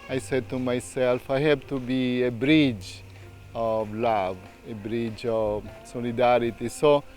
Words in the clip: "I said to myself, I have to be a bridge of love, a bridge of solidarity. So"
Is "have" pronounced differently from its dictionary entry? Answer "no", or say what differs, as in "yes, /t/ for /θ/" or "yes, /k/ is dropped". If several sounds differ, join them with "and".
yes, /b/ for /v/